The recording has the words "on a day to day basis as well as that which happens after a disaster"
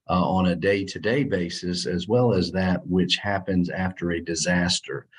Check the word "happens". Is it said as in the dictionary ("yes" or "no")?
yes